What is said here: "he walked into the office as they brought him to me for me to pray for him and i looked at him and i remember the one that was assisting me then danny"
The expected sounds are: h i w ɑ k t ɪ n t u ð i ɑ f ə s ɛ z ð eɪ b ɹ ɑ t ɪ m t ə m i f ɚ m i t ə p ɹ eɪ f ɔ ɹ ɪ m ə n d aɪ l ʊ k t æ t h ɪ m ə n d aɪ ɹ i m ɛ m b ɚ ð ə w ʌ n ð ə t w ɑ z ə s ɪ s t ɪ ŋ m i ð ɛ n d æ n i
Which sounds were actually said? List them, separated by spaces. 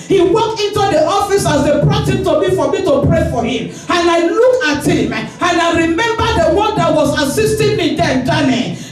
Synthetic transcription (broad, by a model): h i w ɑ k t ɪ n t u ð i ɑ f ə s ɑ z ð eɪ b ɹ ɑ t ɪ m t ə m i f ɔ m i t ə p ɹ eɪ f ɔ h ɪ m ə n aɪ l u k ɑ t h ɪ m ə n aɪ ɹ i m ɛ m b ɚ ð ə w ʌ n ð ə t w ɑ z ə s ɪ s t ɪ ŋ m i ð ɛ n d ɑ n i